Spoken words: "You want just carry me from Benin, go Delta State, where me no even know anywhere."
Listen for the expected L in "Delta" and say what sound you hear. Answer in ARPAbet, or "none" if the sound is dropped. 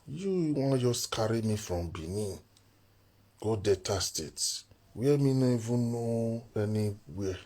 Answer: none